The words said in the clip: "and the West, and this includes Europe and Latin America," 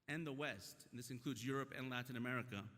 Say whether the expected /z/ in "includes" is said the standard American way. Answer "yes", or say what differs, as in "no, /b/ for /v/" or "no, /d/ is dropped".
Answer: yes